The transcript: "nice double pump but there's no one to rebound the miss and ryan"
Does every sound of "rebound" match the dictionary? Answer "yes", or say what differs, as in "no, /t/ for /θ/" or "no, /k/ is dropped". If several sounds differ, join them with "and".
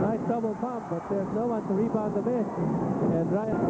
no, /l/ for /ɹ/